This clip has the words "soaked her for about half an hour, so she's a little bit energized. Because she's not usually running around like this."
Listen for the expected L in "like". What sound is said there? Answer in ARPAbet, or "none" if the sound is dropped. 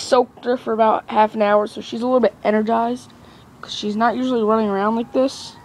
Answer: W